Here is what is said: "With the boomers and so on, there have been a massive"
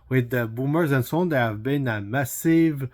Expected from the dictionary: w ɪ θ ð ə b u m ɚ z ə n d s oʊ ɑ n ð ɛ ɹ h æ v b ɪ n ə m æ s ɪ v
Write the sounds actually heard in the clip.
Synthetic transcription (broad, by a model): w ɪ ð ə b u m ɚ z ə n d s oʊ ɑ n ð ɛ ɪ h æ v b ɪ n ə m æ s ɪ v